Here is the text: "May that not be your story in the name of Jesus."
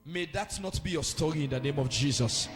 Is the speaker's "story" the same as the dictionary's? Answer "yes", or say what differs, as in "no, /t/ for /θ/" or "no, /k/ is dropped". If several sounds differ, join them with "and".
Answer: yes